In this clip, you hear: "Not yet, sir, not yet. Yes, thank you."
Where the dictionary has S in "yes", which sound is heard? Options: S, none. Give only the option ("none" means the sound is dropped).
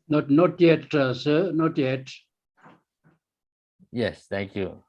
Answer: S